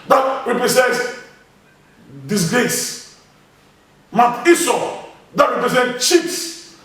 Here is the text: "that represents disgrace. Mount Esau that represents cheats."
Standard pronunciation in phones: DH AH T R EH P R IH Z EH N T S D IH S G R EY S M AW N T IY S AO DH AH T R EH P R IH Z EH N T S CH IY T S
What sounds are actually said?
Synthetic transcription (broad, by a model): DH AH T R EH P R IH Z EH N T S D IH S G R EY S M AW T IY S AO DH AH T R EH P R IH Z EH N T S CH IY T S